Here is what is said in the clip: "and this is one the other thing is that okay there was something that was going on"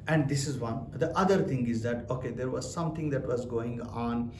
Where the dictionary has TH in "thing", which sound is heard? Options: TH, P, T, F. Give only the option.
T